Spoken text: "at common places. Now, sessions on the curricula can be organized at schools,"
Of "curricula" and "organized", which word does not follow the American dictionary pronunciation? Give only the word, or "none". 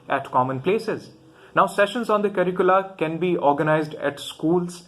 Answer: none